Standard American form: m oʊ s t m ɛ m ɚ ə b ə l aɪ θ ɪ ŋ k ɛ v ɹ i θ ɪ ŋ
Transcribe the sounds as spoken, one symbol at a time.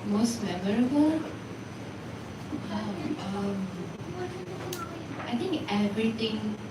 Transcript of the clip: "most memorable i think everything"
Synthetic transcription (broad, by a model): m oʊ s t m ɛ m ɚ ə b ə l aɪ t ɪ ŋ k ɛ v ɹ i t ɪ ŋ